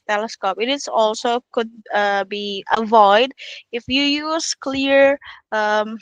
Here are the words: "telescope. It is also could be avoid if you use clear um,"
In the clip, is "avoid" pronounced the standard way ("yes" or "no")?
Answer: yes